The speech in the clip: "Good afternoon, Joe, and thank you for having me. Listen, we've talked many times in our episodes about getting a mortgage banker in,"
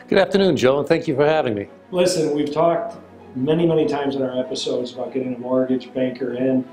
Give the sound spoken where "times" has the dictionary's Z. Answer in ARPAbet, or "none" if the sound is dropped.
Z